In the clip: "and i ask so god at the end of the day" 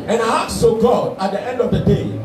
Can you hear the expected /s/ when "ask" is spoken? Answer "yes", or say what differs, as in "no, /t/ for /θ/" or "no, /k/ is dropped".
no, /s/ is dropped